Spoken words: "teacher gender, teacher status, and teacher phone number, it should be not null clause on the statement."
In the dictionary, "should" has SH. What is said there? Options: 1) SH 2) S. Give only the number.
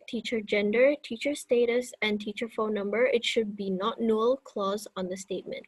1